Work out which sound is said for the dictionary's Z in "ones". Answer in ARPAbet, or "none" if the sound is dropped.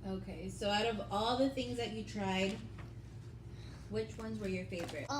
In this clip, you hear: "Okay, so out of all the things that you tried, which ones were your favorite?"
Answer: Z